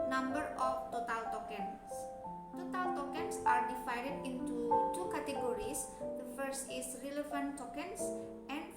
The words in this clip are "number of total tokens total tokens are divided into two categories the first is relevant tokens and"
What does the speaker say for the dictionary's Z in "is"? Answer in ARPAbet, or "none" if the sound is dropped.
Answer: S